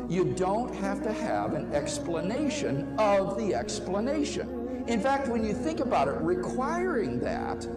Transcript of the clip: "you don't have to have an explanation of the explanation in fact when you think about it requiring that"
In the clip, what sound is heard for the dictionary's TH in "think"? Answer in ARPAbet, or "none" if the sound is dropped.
TH